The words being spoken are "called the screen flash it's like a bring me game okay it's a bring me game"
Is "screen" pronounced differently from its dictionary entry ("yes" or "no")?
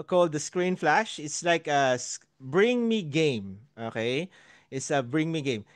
no